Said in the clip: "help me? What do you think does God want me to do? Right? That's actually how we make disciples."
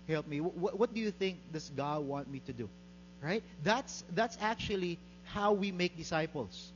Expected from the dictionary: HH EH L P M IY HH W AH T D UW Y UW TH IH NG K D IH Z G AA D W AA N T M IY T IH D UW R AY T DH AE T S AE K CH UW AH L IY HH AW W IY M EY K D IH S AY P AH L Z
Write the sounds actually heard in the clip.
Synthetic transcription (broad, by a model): HH EH L P M IY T W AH T D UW Y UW TH IH NG K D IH S G AA D W AA N T M IY T IH D UW R AY T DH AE T S AE K CH UW AH L IY HH AW W IY M EY K D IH S AY P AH L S